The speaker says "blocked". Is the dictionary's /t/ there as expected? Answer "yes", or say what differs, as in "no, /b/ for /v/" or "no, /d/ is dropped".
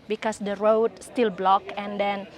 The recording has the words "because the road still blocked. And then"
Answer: no, /t/ is dropped